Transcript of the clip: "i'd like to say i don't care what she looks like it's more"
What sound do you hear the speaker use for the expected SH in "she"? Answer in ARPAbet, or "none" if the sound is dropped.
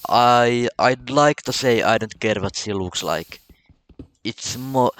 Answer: S